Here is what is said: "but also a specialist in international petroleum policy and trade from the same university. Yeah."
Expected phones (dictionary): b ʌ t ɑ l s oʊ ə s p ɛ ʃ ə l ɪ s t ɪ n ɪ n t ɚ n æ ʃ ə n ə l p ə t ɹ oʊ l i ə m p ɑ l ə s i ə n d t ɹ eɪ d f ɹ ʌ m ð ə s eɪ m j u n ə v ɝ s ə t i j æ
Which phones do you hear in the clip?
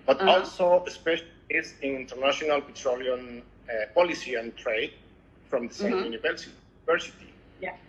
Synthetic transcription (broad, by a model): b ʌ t ɑ l s oʊ ə s p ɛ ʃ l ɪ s ɪ n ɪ n t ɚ n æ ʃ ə n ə l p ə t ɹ oʊ l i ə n p ɑ l ə s i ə n t ɹ eɪ d f ɹ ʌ m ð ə s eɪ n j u n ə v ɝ s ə s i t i